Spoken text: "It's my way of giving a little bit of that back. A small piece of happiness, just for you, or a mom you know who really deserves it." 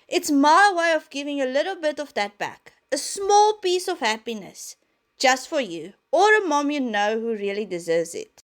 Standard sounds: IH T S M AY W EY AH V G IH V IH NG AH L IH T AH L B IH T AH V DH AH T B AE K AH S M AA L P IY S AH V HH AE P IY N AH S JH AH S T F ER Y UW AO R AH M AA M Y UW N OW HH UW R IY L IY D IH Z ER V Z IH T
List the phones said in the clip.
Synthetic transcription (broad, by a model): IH T S M AY W EY AH V G IH V IH NG AH L IH T AH L B IH T AH V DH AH T B AE K AH S M AA L P IY S AH V HH AE P IY N AH S JH AH S T F ER Y UW AO R AH M AA M Y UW N OW HH UW R IY L IY D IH Z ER V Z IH T